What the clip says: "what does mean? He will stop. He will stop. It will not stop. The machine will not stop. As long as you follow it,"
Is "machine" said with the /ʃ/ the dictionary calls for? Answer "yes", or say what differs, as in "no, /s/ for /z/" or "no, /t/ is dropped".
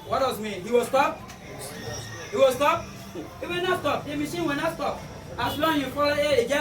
no, /s/ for /ʃ/